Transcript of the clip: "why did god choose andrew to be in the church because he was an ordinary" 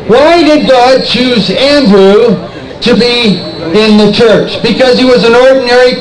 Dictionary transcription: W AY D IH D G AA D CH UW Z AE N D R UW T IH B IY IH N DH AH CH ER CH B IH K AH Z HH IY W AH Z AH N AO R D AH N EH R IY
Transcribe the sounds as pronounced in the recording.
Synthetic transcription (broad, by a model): W AY D IH D G AA D CH UW Z AE N D R UW T IH B IY IH N DH AH CH ER CH B IH K AH Z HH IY W AH Z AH N AO R D N EH R IY